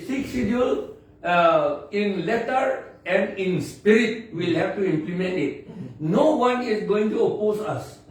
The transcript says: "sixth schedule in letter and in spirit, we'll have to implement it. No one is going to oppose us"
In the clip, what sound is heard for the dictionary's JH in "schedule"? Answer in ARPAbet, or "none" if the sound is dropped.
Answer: none